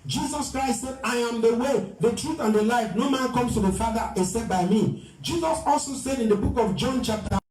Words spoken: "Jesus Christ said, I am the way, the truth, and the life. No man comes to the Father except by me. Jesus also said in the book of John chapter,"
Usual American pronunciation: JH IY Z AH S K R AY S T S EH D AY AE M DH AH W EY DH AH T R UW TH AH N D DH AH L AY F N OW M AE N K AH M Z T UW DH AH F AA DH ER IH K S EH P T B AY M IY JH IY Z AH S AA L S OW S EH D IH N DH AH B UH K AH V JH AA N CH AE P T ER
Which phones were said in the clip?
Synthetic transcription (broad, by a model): JH IY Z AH S K R AY S T S EH D AY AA M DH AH W EY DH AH T R UW TH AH N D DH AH L AY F N OW M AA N K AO M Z T UW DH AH F AA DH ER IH S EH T B AY M IY JH IY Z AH S AA L S OW S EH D IH N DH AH B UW K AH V JH AA N CH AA P T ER